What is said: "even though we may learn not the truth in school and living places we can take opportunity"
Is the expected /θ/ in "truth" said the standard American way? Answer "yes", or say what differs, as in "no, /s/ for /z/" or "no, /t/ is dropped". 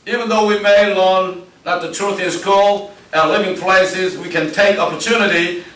yes